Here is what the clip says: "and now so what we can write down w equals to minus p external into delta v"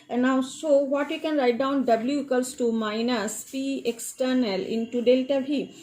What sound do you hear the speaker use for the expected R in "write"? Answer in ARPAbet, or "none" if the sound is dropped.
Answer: R